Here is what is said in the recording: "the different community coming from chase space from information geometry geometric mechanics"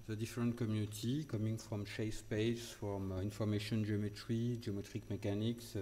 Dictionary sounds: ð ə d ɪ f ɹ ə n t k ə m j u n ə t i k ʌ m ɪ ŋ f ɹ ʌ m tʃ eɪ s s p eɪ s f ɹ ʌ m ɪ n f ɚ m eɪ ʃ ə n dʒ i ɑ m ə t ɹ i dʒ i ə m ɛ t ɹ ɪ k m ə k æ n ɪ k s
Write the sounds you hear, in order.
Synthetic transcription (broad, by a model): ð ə d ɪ f ɹ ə n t k ə m j u n ə t i k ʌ m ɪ ŋ f ɹ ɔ m ʃ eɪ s s p eɪ s f ɹ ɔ m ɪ n f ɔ m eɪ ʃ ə n dʒ i ɑ m ə t ɹ i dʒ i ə m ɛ t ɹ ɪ k m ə k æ n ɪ k s